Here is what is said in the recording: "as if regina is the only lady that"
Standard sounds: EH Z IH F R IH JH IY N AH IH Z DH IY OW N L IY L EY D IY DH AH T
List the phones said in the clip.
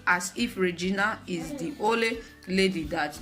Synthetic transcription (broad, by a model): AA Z IH F R IH JH IY N AH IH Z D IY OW L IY L EY D IY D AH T